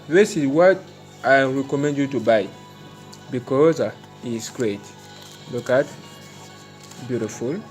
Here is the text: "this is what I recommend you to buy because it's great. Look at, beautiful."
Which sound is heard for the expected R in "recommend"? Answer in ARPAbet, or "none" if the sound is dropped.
R